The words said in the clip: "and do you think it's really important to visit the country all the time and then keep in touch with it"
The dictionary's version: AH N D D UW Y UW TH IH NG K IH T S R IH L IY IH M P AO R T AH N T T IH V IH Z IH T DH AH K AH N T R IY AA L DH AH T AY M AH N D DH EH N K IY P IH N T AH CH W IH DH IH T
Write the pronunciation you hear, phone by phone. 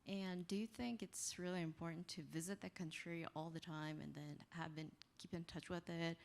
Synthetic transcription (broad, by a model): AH N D D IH Y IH TH IH NG K IH T S R IH L IY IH M P AO R T N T T IH V IH Z IH T DH AH K AH N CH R IY AA L DH AH T AY M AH N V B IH N K IY P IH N T AH CH W IH DH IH T